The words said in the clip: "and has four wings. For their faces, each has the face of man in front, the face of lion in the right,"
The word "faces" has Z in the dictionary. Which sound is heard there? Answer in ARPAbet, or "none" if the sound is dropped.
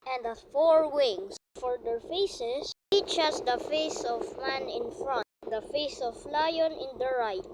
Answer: S